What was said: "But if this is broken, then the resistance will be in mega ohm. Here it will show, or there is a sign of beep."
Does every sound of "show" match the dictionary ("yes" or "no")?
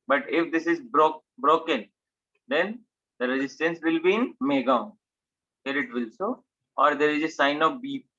no